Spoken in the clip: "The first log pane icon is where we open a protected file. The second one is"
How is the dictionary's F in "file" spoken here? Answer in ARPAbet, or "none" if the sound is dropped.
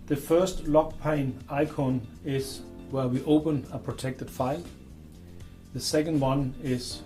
F